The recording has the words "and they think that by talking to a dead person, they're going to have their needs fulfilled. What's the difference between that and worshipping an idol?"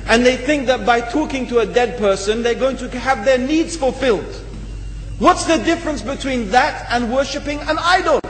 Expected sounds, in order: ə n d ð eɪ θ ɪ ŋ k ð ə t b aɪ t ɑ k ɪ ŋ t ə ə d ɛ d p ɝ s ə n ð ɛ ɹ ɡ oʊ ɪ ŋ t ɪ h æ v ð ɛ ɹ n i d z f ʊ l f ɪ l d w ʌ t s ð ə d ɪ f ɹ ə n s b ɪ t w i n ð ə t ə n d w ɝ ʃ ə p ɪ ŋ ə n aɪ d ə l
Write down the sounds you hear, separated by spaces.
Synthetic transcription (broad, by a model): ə n ð eɪ θ ɪ ŋ k ð ə t b aɪ t ɑ k ɪ ŋ t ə ə d ɛ d p ɝ s ə n ð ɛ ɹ ɡ oʊ ɪ ŋ t ɪ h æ v ð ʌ ɹ n i d z f ʊ l f ɪ l d w ʌ t s ð ə d ɪ f ɹ ə n s b ɪ t w i n ð ə t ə n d w ɝ ʃ ə p ɪ ŋ ə n aɪ d l